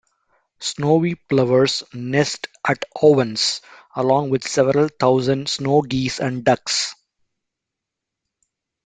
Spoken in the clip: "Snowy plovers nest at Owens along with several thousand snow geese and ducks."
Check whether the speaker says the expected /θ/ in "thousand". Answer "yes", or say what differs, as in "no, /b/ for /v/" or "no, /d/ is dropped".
no, /t/ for /θ/